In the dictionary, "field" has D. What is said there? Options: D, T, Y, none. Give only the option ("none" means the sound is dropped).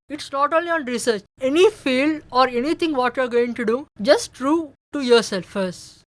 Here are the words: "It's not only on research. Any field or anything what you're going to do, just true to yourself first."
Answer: none